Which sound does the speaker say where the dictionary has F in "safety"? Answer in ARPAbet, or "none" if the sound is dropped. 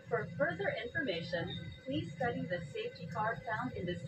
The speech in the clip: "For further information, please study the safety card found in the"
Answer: F